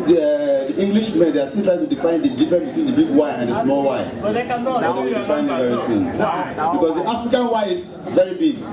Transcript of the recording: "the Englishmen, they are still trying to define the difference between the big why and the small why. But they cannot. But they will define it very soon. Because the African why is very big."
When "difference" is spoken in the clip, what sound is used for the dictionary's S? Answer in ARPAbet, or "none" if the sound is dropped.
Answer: none